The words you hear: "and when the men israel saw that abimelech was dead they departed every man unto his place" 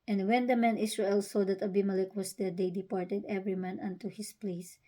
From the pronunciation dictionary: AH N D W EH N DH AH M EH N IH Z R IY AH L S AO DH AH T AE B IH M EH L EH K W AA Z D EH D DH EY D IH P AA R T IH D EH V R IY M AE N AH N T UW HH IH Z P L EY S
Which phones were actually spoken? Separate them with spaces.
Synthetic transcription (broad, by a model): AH N D W EH N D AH M EH N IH S R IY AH L S AO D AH T AE B IH M EH L EH K W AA S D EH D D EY D IH P AA R T IH D EH V R IY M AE N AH N T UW HH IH S P L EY S